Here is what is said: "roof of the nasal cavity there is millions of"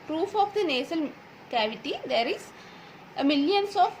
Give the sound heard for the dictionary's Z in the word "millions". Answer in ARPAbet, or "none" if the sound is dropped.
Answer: S